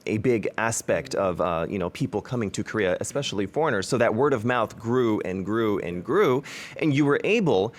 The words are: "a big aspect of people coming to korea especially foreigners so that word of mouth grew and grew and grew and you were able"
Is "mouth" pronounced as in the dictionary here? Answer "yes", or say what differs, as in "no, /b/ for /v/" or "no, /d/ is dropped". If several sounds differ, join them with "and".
yes